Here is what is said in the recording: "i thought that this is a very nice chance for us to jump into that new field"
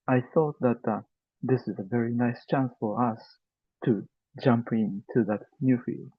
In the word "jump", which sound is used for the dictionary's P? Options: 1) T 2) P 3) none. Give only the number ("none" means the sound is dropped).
2